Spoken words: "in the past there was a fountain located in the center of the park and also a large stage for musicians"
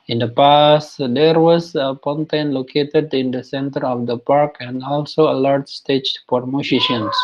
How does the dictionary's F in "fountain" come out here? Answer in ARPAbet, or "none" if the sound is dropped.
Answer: P